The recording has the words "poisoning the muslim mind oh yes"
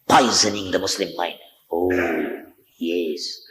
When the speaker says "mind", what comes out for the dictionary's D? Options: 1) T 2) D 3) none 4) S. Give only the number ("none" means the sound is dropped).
3